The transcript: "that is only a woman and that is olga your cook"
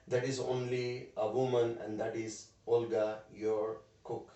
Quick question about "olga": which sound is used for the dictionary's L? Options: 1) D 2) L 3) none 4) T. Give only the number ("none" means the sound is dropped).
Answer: 2